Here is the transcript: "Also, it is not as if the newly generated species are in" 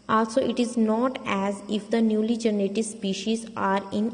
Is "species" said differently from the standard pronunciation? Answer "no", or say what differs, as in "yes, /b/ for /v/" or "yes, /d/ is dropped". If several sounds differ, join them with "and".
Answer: no